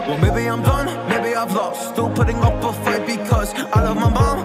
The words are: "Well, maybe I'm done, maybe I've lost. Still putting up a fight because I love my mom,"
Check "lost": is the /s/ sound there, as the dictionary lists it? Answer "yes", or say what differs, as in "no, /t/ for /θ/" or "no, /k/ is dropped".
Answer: no, /s/ is dropped